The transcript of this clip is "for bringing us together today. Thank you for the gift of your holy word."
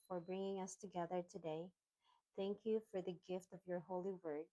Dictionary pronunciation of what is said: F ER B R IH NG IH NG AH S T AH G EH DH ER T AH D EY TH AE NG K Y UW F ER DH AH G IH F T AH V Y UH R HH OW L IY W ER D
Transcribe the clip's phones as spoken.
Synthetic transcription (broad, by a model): F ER B R IH NG IH NG AH S T AH G EH DH ER T AH D EY TH AE NG K Y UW F ER DH AH G IH F T AH V Y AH R HH OW L IY W ER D